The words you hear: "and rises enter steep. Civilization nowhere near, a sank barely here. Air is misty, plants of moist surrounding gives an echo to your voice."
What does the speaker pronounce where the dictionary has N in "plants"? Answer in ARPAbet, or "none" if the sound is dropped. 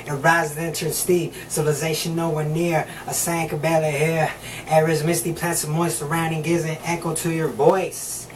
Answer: none